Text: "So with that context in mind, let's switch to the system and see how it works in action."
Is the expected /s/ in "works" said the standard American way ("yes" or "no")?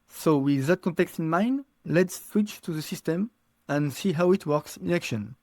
yes